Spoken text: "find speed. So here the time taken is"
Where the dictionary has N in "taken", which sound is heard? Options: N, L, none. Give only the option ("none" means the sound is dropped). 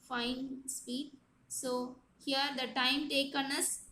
N